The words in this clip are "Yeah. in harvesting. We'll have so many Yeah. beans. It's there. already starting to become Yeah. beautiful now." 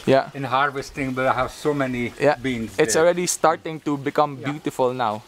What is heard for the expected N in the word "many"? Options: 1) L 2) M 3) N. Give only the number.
3